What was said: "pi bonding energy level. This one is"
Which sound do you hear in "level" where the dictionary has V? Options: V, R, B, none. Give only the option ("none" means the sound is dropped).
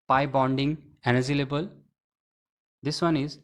B